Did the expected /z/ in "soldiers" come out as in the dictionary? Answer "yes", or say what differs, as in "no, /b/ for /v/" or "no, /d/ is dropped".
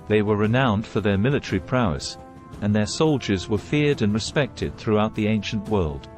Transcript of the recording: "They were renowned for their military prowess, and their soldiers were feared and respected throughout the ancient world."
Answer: yes